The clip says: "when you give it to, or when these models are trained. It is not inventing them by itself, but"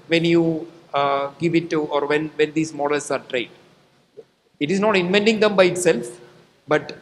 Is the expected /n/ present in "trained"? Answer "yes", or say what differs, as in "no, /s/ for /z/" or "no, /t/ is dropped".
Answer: no, /n/ is dropped